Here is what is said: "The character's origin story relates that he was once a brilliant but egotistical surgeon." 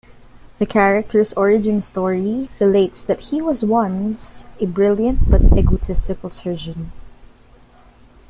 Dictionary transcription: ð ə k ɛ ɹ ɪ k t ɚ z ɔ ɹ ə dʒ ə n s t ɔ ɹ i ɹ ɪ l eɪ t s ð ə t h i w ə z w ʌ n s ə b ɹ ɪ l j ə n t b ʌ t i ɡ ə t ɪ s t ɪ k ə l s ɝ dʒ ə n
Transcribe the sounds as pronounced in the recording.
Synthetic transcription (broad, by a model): ð ə k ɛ ɹ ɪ k t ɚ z ɔ ɹ ə dʒ ə n s t ɔ ɹ i ɹ ɪ l eɪ t s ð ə t h i w ə z w ʌ n s ə b ɹ ɪ l j ə n t b ʌ t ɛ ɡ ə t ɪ s t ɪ k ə l s ɝ dʒ ə n